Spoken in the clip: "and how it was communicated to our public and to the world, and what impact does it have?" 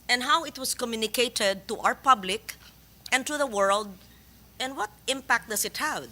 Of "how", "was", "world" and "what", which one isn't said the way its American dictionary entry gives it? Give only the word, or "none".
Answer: was